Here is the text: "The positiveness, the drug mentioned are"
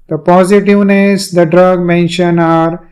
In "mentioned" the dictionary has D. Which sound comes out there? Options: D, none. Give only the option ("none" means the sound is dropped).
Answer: none